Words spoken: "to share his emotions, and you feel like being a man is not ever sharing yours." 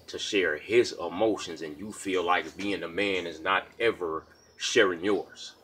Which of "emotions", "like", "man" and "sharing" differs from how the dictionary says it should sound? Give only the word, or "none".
none